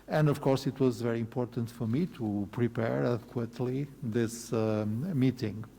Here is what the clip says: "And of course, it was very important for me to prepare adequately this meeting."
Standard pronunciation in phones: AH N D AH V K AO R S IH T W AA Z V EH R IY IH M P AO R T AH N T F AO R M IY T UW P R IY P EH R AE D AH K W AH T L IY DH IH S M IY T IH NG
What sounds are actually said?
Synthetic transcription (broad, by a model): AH N D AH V K AO R S IH T W AA Z V EH R IY IH M P AO R T AH N T F AO R M IY T UW P R IY P EH R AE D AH K W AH T L IY DH IH S M IY T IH NG